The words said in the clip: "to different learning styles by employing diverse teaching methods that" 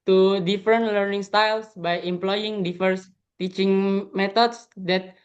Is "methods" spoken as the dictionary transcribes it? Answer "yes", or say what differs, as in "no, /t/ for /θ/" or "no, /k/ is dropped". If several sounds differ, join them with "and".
no, /t/ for /θ/